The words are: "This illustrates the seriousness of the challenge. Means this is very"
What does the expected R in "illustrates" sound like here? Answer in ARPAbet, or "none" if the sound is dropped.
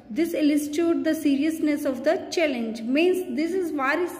none